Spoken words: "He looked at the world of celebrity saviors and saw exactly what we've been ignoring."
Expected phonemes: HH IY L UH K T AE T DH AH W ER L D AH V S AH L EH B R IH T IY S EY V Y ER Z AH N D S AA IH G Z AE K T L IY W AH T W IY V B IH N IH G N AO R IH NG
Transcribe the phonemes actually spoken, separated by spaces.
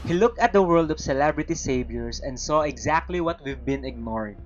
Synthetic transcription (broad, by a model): HH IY L UH K T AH T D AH W ER L D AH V S AH L EH B R IH T IY S EY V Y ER S AH N D S AA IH G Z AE K T L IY W AH T W IY V B IH N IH G N AO R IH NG